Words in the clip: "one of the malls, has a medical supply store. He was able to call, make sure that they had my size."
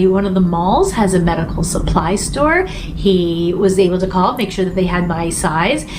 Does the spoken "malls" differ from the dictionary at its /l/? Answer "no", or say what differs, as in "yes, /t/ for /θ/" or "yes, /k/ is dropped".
no